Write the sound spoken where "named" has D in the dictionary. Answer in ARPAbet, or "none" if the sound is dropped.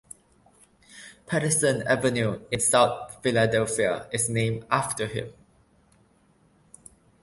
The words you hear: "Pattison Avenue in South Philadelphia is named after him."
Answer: none